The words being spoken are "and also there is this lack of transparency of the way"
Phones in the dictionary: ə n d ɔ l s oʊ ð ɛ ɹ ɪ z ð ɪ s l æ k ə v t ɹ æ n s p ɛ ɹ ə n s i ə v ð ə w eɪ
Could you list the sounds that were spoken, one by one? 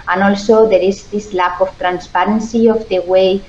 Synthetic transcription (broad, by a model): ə n ɔ l s oʊ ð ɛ ɹ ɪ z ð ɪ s l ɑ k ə f t ɹ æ n s p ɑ ɹ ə n s i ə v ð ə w eɪ